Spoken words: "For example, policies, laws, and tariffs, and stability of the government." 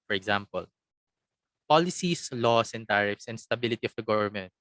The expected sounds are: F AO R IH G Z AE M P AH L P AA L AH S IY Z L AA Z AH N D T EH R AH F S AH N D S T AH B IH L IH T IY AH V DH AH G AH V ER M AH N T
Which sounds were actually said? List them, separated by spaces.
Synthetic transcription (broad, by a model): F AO R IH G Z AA M P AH L P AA L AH S IY S L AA S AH N T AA R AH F S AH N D S T AH B IH L IH T IY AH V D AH G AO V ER M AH N T